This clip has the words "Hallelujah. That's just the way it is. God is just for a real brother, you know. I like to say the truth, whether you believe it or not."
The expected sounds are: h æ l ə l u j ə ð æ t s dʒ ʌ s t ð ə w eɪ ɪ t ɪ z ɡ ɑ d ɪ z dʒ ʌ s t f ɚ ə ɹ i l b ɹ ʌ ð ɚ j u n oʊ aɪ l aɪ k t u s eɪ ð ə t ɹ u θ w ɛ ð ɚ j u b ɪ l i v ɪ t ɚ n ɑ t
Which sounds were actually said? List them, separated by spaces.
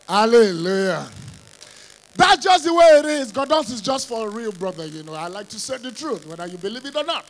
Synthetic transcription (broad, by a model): h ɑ l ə l u j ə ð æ t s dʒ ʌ s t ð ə w eɪ ɪ t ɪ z ɡ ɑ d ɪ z dʒ ʌ s t f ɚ ə ɹ i l b ɹ ʌ ð ɚ j u n oʊ aɪ l aɪ k t u s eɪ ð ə t ɹ u θ w ɛ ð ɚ j u b ɪ l i v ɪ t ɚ n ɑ t